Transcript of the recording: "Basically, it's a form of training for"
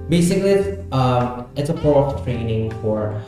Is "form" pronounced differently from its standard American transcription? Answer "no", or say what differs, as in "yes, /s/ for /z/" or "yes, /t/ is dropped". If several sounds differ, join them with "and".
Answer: yes, /p/ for /f/ and /m/ is dropped